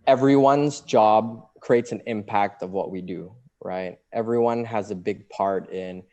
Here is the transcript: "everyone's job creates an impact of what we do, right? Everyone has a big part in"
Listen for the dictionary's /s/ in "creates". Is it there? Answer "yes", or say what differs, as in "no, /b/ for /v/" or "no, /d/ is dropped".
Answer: yes